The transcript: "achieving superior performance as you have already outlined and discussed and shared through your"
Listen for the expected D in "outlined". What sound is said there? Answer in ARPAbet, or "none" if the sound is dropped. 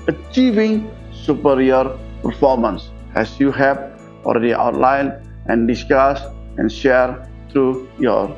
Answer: none